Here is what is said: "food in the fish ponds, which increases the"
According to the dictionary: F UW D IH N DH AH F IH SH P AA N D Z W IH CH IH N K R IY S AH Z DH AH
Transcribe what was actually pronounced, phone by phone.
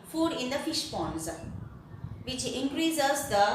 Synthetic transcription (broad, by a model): F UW D IH N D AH F IH SH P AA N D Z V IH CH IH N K R IY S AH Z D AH